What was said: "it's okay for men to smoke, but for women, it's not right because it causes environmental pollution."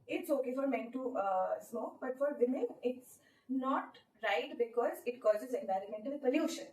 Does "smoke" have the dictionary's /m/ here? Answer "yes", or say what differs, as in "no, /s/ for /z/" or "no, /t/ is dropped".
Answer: yes